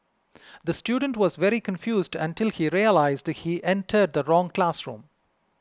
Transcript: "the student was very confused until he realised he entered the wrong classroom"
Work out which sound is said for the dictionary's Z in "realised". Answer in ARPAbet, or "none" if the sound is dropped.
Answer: Z